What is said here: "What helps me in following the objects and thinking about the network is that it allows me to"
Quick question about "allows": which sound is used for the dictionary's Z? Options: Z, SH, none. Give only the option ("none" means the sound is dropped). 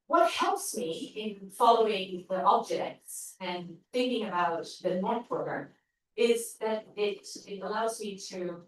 Z